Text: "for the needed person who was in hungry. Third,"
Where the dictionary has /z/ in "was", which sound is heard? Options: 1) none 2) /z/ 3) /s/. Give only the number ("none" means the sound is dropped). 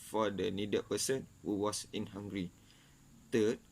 3